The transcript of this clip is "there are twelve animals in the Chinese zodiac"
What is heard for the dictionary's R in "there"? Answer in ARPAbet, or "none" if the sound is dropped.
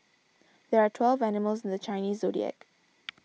R